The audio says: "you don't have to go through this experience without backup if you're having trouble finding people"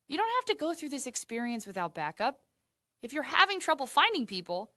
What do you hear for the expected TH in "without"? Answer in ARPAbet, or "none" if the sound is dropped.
TH